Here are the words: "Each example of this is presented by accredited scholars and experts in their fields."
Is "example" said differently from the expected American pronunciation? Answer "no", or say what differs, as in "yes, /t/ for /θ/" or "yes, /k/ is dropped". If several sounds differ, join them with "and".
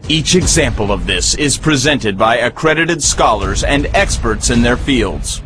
no